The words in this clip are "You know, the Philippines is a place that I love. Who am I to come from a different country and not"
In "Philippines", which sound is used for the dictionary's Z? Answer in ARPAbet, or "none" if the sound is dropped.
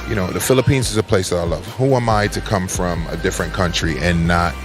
Z